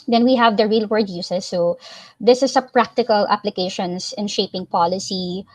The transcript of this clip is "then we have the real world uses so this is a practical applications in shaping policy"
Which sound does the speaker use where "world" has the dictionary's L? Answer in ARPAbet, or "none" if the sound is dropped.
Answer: none